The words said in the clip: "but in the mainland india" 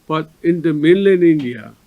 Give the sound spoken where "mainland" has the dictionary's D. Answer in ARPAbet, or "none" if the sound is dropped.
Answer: none